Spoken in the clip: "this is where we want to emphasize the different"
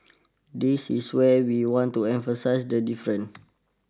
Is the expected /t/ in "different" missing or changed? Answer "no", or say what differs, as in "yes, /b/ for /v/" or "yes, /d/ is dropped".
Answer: yes, /t/ is dropped